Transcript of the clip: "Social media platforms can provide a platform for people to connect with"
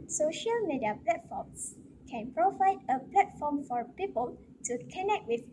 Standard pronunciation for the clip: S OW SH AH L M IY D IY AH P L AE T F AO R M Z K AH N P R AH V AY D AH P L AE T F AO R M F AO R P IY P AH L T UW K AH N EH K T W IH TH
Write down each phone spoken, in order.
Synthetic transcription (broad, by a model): S OW SH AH L M IY D IY AH P L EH T F AO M S K AH N P R AH V AY D AH P L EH T F AO M F AO R P IY P AH L T UW K AH N EH K T W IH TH